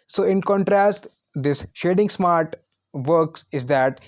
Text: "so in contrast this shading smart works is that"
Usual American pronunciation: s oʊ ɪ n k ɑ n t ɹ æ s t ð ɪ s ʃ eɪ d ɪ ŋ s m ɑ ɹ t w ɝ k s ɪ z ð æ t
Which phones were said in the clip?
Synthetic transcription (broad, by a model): s oʊ ɪ n k ɑ n t ɹ æ s t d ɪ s ʃ eɪ d ɪ ŋ s m ɑ ɹ t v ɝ k s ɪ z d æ t